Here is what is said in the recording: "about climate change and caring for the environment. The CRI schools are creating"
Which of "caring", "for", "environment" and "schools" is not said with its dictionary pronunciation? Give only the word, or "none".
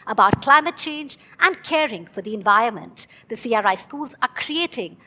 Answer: none